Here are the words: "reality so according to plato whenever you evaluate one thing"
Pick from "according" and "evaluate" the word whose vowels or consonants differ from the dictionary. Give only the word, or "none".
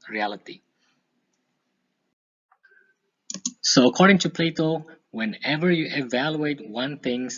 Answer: none